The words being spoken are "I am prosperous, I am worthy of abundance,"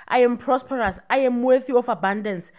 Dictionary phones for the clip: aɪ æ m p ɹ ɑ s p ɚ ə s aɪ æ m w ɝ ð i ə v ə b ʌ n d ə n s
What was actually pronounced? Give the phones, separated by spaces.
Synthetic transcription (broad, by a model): aɪ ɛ m p ɹ ɑ s p ɚ ə s aɪ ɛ m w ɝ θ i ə f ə b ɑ n d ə n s